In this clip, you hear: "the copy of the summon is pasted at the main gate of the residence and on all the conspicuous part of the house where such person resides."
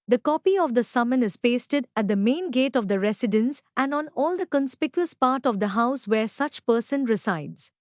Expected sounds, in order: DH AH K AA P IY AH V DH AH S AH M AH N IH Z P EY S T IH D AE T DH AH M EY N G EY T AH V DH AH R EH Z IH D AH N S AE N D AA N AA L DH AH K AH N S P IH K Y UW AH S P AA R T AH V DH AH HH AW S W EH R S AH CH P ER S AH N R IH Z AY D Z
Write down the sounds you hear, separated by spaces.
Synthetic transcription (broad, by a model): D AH K AA P IY AH V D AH S AH M AH N IH Z P EY S T IH D AE T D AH M EY N G EY T AH V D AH R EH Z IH D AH N S AE N D AA N AA L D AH K AH N S P IH K Y UW AH S P AA R T AH V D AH HH AW S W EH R S AH CH P ER S AH N R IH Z AY D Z